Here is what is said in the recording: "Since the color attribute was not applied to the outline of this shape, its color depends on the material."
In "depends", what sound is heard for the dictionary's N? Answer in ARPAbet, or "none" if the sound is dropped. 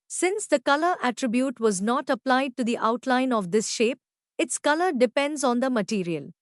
N